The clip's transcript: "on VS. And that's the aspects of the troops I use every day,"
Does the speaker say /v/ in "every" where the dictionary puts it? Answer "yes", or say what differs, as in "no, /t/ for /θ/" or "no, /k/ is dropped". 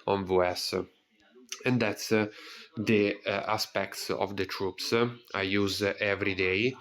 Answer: yes